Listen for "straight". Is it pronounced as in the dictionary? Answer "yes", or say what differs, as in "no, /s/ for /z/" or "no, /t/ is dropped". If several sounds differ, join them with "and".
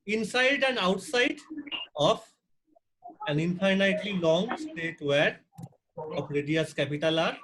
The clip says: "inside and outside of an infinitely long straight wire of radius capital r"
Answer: no, /ɹ/ is dropped